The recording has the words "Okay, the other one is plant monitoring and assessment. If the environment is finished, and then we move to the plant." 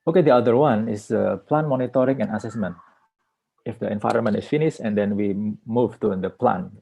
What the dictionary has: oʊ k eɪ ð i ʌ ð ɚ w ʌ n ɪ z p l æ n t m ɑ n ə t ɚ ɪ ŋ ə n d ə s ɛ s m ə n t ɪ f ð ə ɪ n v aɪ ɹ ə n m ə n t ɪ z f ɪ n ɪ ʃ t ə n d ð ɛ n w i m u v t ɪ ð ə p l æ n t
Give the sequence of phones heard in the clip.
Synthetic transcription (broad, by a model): oʊ k eɪ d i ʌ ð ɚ w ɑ n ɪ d p l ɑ n m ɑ n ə t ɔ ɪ ŋ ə n ə s ɛ s m ə n t ɪ f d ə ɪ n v aɪ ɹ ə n m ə n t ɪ s f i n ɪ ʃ ə n d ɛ n w i m u v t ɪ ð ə p l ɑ n